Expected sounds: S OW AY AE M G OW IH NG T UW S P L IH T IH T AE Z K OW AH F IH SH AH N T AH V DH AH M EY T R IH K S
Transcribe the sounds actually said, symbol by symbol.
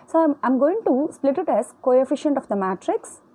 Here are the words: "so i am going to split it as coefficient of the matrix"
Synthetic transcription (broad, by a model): S OW AY M G OW IH NG T UW S P L IH T IH T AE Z K OW AH F IH SH AH N T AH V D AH M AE T R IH K S